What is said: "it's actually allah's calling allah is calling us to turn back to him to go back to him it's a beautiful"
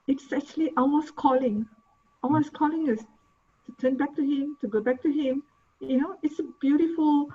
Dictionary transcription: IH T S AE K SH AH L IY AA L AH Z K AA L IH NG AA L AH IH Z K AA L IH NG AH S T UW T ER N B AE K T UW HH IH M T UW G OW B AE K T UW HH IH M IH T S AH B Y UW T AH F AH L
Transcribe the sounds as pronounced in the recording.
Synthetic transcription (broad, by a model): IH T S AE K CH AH L IY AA W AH S K AA L IH NG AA W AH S K AA L IH NG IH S T UW T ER N B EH K T UW HH IH M T UW G OW B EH K T UW HH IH M IH T S AH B Y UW T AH F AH L